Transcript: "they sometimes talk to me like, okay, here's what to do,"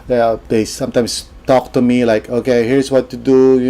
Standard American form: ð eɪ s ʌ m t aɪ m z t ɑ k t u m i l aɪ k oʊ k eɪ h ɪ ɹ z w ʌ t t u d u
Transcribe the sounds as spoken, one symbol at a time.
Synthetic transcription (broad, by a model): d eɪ s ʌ m t aɪ m s t ɑ k t u m i l aɪ k oʊ k eɪ h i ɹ s w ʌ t t u d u